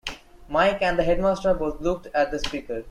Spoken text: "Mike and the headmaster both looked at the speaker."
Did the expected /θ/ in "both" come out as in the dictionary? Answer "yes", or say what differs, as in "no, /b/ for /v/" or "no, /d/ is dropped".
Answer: no, /t/ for /θ/